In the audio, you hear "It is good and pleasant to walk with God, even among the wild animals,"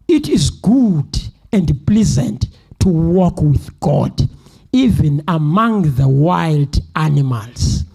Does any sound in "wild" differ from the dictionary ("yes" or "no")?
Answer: no